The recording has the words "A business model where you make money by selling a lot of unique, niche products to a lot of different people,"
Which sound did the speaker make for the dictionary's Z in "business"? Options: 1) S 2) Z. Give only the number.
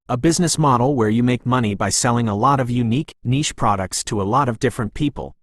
2